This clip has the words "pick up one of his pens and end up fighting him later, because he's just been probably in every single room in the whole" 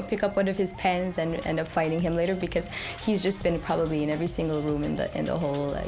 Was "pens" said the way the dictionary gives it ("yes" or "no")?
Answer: yes